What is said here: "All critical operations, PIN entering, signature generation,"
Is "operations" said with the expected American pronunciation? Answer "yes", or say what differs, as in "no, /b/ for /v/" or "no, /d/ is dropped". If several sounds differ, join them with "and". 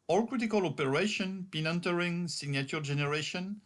no, /z/ is dropped